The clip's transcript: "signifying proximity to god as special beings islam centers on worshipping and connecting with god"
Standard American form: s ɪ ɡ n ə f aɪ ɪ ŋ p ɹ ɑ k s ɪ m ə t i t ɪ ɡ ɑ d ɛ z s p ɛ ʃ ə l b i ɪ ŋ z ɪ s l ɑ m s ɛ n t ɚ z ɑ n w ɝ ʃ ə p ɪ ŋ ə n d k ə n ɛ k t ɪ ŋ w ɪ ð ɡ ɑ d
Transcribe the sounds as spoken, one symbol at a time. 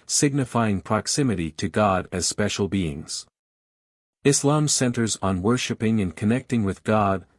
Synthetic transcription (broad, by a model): s ɪ ɡ n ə f aɪ ɪ ŋ p ɹ ɑ k s ɪ m ə t i t ɪ ɡ ɑ d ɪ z s p ɛ ʃ l b i ɪ ŋ z ɪ s l ɑ m s ɛ n t ɚ z n w ɝ ʃ ə p ɪ ŋ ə n k ə n ɛ k t ɪ ŋ w ɪ ð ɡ ɑ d